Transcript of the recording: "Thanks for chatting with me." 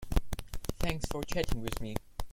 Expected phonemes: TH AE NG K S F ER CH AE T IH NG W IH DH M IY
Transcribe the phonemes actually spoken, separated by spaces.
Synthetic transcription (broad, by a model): TH AE NG K S F ER CH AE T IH NG W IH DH M IY